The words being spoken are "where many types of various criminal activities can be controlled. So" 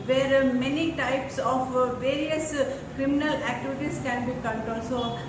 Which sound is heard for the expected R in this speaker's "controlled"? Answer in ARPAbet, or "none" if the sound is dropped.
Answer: none